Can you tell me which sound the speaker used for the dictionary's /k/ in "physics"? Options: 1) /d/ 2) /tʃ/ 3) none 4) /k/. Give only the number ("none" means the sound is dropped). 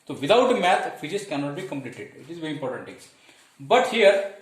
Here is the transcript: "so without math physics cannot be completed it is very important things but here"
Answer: 3